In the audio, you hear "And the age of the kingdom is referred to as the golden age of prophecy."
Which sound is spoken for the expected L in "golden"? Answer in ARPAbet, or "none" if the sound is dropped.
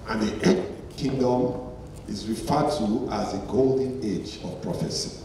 L